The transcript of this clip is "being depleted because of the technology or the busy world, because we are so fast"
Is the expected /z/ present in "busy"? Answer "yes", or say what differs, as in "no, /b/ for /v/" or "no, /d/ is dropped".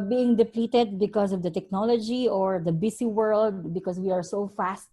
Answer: no, /s/ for /z/